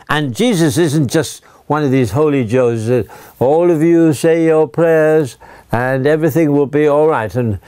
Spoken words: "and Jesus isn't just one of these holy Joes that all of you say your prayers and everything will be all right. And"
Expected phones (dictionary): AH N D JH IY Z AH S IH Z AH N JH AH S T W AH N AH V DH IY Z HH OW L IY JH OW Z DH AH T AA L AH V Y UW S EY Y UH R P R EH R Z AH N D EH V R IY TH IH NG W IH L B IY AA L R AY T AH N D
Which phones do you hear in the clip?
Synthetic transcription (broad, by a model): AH N JH IY Z AH S IH Z AH N JH AH S T W AH N AH V DH IY Z HH OW L IY JH OW Z DH AH T AA L AH V Y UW S EY Y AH R P R EH R Z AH N EH V R IY TH IH NG W IH L B IY AA L R AY T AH N